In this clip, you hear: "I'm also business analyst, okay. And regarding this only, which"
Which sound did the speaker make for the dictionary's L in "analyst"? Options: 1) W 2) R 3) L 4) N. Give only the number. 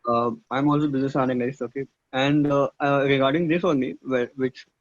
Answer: 4